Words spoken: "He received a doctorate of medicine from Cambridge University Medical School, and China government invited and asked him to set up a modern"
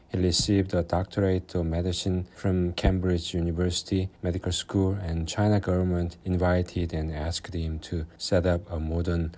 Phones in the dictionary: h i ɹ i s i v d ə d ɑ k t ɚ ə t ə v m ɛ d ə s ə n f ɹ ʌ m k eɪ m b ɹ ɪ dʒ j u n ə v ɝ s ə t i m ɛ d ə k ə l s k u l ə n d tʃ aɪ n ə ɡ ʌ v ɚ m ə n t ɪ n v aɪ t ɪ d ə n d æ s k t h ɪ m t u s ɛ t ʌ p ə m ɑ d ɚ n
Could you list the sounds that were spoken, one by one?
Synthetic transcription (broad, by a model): h i ɹ i s i v d ə d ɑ k t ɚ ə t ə m ɛ d ə s ə n f ɹ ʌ m k eɪ m b ɹ ɪ dʒ j u n ə v ɝ s ə t i m ɛ d ə k ə l s k u l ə n tʃ aɪ n ə ɡ ʌ v ɚ m ə n t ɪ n v aɪ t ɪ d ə n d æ s k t h ɪ m t u s ɛ t ʌ p ə m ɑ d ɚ n